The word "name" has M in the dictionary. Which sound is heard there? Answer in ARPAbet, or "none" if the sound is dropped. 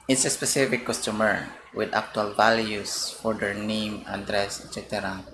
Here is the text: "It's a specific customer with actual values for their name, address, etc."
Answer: M